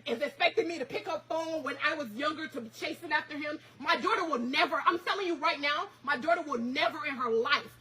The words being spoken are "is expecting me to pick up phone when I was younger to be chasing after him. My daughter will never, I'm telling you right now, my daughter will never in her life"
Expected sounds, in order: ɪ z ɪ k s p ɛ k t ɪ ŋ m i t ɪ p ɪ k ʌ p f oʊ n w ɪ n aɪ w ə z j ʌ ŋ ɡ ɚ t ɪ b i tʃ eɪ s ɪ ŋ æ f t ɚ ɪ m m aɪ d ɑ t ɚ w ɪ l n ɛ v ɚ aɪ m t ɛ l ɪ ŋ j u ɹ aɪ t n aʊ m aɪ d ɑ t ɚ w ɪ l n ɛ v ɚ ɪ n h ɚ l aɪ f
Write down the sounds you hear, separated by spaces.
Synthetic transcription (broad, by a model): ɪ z ɪ k s p ɛ k t ɪ ŋ m i t ɪ p ɪ k ʌ p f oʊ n w ɪ n aɪ w ə z j ʌ ŋ ɡ ɚ t ɪ b i tʃ eɪ s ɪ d æ f t ɚ ɪ m m aɪ d ɑ t ɚ w ɪ l n ɛ v ɚ aɪ m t ɛ l ɪ ŋ j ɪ ɹ aɪ t n aʊ m aɪ d ɑ t ɚ w ɪ l n ɛ v ɚ ɪ n ɚ l aɪ f